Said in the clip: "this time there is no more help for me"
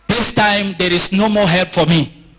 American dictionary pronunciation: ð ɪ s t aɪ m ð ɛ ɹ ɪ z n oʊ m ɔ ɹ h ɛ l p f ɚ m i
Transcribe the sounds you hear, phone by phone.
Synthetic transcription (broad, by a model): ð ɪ s t aɪ m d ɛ ɹ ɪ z n oʊ m ɔ h ɛ l p f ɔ m i